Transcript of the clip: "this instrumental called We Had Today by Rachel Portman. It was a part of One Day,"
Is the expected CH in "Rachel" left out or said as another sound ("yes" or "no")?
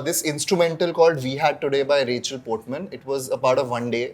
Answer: no